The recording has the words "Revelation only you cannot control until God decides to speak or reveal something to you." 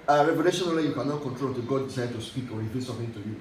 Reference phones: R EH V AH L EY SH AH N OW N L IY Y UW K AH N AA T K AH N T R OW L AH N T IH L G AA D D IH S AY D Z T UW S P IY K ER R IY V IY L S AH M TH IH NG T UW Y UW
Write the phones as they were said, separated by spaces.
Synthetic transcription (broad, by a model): R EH V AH L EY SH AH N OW L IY Y UW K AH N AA K AH N T R OW L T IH G AA D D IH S AY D T UW S P IY K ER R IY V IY S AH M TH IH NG T UW Y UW